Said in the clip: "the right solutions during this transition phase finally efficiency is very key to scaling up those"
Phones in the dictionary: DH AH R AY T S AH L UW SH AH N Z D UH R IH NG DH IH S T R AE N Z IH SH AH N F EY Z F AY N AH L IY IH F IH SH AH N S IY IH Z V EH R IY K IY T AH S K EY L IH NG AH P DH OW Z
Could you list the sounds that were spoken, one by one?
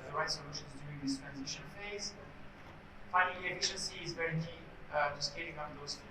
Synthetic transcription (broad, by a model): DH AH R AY S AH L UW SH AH N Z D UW IH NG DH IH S T R AE N Z IH SH AH N F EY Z F AY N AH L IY IH F IH SH AH N S IY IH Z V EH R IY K IY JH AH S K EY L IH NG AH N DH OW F